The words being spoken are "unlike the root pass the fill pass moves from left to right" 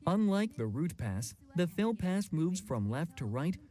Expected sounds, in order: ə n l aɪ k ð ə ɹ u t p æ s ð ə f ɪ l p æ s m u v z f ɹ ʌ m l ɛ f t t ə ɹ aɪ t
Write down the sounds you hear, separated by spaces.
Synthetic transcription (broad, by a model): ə n l aɪ k ð ə ɹ u t p æ s ð ə f ɪ l p æ s m u v z f ɹ ʌ m l ɛ f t t ə ɹ aɪ t